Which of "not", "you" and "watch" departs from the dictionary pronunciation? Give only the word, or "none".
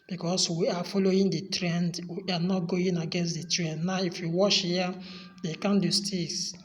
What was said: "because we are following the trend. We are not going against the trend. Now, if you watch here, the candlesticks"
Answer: watch